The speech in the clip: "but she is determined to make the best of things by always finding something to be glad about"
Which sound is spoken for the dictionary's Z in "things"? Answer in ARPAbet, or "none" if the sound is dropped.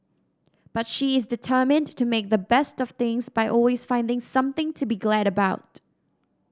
Z